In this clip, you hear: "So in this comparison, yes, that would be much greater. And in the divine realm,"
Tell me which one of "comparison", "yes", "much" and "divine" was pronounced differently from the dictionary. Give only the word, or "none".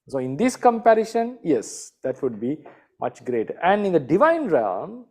comparison